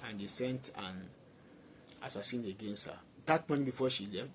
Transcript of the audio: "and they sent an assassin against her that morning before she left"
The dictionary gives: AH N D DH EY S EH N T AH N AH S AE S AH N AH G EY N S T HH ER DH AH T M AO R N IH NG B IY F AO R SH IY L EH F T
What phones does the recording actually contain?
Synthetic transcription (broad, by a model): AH N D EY S EH N T AH N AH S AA S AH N AH G EY N S T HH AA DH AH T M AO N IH B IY F AO SH IY L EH F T